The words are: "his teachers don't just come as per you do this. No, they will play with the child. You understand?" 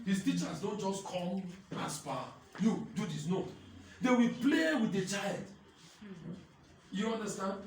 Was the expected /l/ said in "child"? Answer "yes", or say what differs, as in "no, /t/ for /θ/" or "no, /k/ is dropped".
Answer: yes